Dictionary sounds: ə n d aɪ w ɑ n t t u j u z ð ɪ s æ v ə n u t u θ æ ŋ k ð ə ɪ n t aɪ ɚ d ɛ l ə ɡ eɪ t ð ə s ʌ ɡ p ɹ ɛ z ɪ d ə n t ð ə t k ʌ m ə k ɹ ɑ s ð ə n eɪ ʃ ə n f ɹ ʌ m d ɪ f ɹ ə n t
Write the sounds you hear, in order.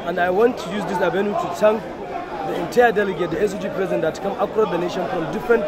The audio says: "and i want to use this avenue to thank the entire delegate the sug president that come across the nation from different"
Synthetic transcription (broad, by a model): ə n d aɪ w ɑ n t t u j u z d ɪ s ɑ b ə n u t u t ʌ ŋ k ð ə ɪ n t aɪ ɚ d ɛ l ə ɡ eɪ t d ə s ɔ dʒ p ɹ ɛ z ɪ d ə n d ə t k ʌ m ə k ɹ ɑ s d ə n eɪ ʃ ə n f ɹ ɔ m d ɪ f ɹ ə n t